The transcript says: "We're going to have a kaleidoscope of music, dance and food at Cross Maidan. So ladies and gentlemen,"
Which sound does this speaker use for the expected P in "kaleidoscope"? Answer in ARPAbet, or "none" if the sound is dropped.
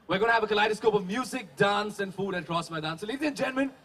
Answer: P